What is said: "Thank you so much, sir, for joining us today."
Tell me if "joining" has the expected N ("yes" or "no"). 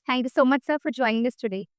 yes